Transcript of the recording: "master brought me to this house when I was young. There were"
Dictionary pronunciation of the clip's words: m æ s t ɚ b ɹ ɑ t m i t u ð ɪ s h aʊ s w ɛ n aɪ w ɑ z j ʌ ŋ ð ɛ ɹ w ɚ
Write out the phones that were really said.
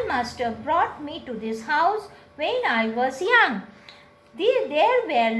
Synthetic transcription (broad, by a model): m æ s t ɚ b ɹ ɑ t m i t u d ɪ s h aʊ s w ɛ n aɪ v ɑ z j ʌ ŋ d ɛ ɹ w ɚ